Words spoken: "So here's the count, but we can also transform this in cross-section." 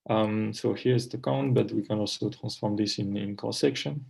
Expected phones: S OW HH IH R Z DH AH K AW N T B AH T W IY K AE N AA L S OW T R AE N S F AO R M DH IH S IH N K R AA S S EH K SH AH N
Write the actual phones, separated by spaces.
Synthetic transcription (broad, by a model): S OW HH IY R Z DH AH K AW N T B AH T W IY K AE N AA L S OW T R AE N S F AO R M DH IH S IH N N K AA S S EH K SH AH N